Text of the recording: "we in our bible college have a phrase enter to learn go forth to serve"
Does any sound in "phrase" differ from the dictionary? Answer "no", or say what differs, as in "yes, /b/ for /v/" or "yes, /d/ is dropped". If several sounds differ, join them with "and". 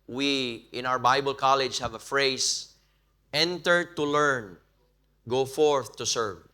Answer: yes, /s/ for /z/